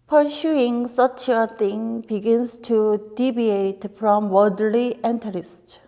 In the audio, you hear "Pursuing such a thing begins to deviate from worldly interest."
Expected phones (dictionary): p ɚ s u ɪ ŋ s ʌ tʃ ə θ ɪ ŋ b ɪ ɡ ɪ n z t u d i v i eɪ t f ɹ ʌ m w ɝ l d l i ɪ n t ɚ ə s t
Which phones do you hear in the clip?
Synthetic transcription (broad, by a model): p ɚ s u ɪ ŋ s ʌ tʃ ə t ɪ ŋ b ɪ ɡ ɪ n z t u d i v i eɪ t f ɹ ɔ m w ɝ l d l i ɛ n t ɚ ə s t